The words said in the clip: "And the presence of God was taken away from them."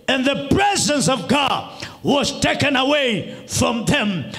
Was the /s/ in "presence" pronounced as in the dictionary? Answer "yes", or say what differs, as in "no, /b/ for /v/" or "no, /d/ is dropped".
yes